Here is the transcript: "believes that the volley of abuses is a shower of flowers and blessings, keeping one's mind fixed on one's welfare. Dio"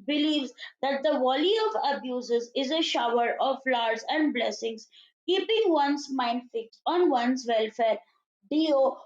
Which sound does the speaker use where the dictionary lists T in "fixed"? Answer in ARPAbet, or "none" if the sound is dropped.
none